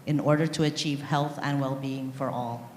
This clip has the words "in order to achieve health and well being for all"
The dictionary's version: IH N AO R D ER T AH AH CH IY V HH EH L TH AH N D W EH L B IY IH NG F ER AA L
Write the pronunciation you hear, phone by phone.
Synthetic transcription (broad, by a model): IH N AO R D ER T AH AH CH IY V HH EH L TH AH N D W EH L B IY IH NG F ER AA L